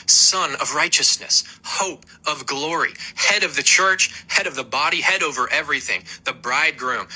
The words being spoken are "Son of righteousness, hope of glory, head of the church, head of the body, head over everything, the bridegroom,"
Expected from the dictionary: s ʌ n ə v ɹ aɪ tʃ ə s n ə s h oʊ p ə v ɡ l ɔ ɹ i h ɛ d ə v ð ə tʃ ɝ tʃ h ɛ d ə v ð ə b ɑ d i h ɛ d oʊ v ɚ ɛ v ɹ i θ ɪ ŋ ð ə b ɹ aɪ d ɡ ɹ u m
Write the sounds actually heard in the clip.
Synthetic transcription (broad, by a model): s ʌ n ə v ɹ aɪ tʃ ə s n ə s h oʊ p ə v ɡ l ɔ ɹ i h ɛ d ə v ð ə tʃ ɝ tʃ h ɛ d ə v ð ə b ɑ d i h ɛ d oʊ v ɚ ɛ v ɹ i θ ɪ ŋ ð ə b ɹ aɪ d ɡ ɹ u m